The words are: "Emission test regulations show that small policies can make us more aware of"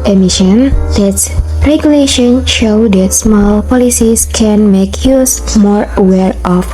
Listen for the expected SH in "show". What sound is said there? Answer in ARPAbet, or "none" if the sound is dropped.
SH